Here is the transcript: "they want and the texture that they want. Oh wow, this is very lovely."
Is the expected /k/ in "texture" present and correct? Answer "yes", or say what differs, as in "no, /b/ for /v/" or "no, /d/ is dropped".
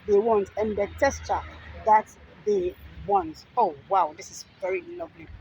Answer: no, /k/ is dropped